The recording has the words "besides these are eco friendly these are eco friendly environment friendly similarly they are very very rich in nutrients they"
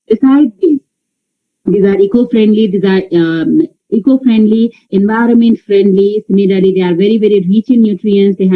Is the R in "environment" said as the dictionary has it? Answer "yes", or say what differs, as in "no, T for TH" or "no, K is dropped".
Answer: yes